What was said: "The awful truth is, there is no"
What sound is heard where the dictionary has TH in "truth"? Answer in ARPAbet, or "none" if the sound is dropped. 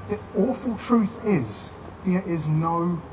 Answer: TH